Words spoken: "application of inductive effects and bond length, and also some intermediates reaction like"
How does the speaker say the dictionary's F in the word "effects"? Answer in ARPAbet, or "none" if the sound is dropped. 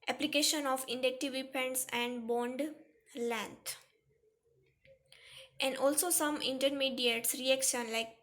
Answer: P